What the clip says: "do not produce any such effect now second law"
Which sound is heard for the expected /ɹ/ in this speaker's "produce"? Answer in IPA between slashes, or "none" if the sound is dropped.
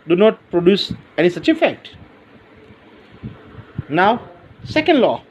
/ɹ/